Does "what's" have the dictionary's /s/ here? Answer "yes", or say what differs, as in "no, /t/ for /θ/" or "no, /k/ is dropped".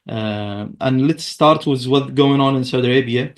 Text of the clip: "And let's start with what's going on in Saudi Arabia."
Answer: no, /s/ is dropped